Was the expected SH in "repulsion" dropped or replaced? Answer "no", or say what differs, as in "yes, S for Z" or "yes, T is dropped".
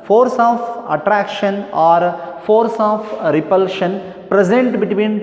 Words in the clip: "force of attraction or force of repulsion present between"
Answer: no